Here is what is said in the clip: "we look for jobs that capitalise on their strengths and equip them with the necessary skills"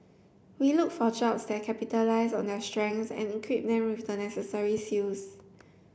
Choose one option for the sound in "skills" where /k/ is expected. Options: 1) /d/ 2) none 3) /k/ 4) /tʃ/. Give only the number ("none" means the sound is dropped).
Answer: 2